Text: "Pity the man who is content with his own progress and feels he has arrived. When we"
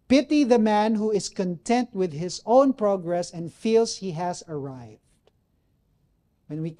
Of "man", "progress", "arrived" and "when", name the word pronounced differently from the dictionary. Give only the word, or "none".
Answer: none